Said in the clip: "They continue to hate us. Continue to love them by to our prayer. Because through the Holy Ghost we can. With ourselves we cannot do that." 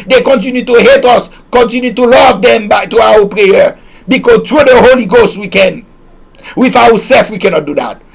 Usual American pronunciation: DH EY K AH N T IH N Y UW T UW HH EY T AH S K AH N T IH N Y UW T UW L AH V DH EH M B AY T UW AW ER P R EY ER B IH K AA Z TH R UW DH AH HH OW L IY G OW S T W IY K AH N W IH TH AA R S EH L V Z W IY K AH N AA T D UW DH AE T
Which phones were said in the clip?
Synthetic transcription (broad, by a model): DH EY K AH N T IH N Y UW T UW HH EY T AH S K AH N T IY N Y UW T UW L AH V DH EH M B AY T UW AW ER P R EY ER B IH K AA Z T R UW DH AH HH OW L IY G OW S T W IY K AH N W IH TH AA W S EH L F W IY K AH N AA T D UW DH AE T